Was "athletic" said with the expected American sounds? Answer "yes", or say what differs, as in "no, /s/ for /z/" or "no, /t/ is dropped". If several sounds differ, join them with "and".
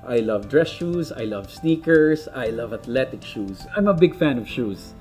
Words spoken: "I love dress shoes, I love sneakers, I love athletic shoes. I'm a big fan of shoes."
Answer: no, /t/ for /θ/